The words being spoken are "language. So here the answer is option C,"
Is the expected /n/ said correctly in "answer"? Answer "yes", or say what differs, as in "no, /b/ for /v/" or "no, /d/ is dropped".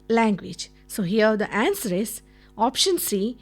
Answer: yes